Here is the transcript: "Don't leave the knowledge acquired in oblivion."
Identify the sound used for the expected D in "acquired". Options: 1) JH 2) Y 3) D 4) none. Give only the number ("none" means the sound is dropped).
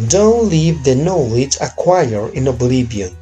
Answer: 4